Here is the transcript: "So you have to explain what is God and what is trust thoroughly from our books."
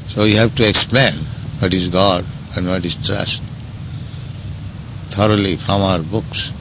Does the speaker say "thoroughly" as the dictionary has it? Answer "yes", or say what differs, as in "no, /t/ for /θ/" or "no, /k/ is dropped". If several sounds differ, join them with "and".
no, /t/ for /θ/